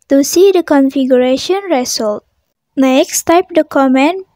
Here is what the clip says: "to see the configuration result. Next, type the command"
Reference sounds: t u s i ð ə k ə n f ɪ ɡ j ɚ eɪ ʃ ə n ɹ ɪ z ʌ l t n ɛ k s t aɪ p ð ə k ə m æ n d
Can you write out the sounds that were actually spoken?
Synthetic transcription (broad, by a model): t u s i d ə k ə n f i ɡ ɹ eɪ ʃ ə n ɹ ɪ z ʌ l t n ɛ k s t aɪ p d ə k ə m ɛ n